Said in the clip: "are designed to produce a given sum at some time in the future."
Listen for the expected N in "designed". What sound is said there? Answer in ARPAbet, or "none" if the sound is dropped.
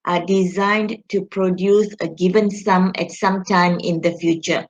N